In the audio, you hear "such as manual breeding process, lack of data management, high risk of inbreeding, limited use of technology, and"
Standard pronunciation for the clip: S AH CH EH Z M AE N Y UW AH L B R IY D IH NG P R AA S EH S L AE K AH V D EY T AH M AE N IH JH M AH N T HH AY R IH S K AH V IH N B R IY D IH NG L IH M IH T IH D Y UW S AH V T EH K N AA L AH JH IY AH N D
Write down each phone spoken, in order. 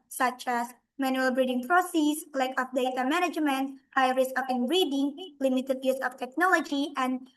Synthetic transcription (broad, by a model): S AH CH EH S M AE N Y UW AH L B R IY D IH NG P R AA S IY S L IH K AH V D EY T AH M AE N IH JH M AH N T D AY R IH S AH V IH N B R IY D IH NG L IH M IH T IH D Y UW S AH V T EH K N AA L AH JH IY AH N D